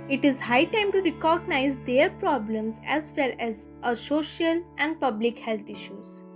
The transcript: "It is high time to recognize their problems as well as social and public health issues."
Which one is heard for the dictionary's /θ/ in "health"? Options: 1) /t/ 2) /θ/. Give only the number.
1